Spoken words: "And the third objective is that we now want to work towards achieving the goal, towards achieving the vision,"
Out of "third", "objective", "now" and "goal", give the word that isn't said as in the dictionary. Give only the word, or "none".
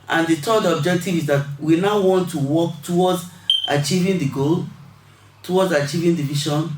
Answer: third